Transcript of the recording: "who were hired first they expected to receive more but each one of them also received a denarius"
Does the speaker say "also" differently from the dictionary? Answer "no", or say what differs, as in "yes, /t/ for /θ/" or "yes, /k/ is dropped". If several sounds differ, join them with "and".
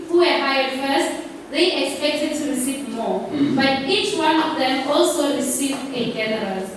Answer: no